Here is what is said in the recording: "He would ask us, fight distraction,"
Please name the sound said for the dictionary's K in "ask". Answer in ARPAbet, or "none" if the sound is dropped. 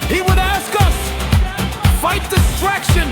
K